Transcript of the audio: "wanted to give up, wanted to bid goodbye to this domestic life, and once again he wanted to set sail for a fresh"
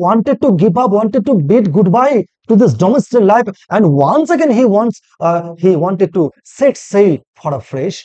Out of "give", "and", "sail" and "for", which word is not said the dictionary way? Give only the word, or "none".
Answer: give